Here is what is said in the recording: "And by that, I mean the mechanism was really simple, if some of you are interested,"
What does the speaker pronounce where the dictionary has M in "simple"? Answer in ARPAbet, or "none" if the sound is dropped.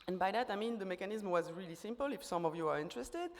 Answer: M